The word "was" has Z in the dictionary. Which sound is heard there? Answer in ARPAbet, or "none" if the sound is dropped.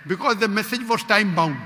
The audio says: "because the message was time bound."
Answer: S